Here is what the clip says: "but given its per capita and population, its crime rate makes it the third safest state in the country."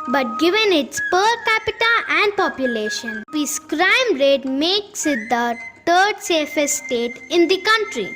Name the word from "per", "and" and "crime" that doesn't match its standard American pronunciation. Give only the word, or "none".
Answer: none